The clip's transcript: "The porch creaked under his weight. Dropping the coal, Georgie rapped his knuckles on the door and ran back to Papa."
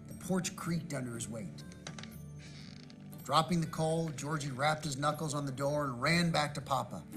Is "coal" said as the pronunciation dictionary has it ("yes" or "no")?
yes